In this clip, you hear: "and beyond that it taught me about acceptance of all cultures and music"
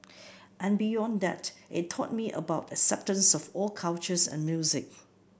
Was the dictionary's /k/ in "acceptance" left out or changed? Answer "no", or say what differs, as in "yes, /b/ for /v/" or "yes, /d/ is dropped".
no